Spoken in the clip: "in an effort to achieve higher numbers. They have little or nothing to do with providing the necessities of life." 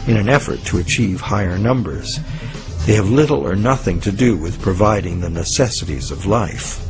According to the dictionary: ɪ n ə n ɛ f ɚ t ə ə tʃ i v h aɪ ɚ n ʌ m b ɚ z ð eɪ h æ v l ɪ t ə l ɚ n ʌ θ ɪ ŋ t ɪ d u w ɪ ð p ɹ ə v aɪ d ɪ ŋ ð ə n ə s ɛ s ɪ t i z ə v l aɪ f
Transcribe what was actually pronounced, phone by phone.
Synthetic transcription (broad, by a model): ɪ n ə n ɛ f ɚ t ə ə tʃ i v h aɪ ɚ n ʌ m b ɚ z ð eɪ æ v l ɪ t l ɚ n ʌ θ ɪ ŋ t ɪ d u w ɪ ð p ɹ ə v aɪ d ɪ ŋ ð ə n ə s ɛ s ɪ t i z ə v l aɪ f